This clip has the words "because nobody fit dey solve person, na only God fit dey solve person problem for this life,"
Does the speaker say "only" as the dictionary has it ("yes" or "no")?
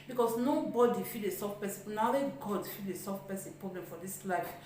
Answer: no